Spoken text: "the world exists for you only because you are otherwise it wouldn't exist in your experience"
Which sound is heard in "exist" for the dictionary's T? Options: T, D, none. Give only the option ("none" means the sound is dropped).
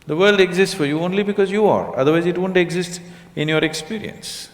T